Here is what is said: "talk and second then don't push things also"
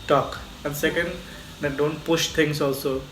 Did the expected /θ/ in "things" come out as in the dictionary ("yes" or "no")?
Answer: no